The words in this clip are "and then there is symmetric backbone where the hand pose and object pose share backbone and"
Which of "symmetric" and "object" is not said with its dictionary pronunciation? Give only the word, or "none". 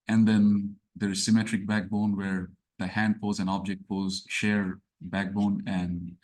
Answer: none